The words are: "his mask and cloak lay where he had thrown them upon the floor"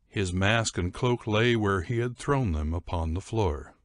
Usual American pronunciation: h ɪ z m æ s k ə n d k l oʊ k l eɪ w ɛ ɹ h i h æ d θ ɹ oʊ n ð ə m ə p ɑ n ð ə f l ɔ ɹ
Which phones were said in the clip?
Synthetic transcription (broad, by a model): h ɪ z m æ s k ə n k l oʊ k l eɪ w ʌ ɹ i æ d θ ɹ oʊ n ð ə m ə p ɑ n ð ə f l ɔ ɹ